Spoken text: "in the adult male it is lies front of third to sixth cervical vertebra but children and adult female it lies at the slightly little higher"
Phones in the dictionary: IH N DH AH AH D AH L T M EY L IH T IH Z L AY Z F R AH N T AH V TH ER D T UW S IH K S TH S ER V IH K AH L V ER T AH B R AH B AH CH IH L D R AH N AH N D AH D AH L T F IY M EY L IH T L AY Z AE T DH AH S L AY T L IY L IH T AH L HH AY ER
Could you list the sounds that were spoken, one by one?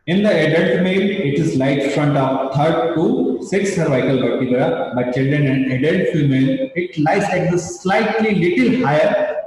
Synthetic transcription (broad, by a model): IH N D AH AH D AH L T M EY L IH T IH Z L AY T F R AH N T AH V T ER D T UW S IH K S S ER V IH K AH L B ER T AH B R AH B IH CH IH L D R AH N AH N D AH D AH L T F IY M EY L IH T L AY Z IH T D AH S L AY T L IY L IH T AH L HH AY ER